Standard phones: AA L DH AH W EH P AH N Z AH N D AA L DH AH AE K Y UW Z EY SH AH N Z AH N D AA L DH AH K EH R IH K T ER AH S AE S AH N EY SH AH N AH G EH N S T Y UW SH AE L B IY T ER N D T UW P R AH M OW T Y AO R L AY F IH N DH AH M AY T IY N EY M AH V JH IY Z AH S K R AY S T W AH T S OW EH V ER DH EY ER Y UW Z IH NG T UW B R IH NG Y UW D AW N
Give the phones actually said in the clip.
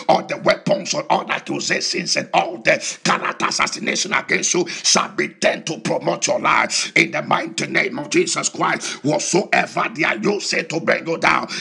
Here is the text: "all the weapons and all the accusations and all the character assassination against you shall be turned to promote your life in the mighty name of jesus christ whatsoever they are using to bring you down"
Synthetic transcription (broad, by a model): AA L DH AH W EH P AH N S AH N AA L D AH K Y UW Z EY S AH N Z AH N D AA L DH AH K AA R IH T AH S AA S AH N EY SH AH N AH G EH N S T Y UW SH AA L B IY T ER N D T UW P R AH M OW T Y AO L AY F IH N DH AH M AY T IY N EY M AH V JH IY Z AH S K R AY S T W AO S OW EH V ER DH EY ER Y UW S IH T UW B R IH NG Y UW D AW N